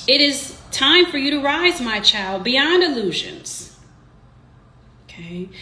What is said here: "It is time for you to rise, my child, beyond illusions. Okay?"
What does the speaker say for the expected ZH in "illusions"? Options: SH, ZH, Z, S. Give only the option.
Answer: ZH